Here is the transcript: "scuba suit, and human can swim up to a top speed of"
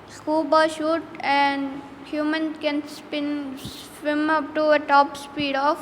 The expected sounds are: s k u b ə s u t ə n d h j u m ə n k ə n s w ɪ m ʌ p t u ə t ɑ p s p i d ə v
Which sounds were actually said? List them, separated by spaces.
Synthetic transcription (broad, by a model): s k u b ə ʃ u t ə n d h j u m ə n k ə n s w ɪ m ʌ p t u ə t ɑ p s p i d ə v